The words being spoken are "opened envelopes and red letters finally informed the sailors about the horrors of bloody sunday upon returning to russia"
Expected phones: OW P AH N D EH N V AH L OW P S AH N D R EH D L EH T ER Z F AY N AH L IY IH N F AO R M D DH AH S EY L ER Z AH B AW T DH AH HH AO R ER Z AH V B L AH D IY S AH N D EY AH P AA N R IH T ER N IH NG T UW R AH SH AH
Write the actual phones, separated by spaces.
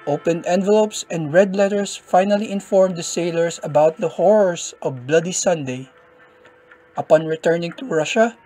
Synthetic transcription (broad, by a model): OW P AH N D EH N V AH L OW P S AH N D R EH D L EH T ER S F AY N AH L IY IH N F AO R M D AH S EY L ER S AH B AW T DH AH HH AO R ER S AH V B L AH D IY S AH N D EY AH P AA N R IH T ER N IH NG T UW R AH SH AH